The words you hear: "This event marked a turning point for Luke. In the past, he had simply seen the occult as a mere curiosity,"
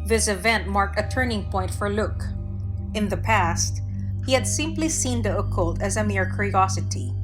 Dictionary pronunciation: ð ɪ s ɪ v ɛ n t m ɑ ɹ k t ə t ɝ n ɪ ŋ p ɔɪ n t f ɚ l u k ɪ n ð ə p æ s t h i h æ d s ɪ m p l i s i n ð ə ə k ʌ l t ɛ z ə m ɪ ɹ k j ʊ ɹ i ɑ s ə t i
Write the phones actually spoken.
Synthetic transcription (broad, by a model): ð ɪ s ɪ v ɛ n t m ɑ ɹ k t ə t ɝ n ɪ ŋ p ɔɪ n t f ɚ l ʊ k ɪ n ð ə p æ s t h i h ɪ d s ɪ m p l i s i n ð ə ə k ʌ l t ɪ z ə m ɪ ɹ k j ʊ ɹ i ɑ s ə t i